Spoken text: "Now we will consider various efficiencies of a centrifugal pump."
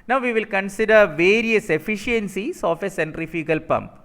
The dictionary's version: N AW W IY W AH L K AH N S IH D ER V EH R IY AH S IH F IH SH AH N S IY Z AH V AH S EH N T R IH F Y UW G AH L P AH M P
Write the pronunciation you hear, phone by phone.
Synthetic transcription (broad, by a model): N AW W IY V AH L K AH N S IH D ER V EH R IY AH S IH F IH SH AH N S IY S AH F AH S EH N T R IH F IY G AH L P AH M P